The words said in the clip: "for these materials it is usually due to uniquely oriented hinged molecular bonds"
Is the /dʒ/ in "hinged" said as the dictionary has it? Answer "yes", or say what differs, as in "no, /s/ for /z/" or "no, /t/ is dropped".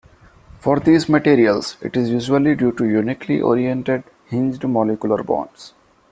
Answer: yes